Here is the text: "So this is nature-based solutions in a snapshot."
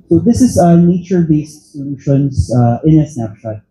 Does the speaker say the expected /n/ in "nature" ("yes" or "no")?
yes